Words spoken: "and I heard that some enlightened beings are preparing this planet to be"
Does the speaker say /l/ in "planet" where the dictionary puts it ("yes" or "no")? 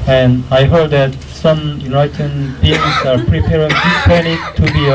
no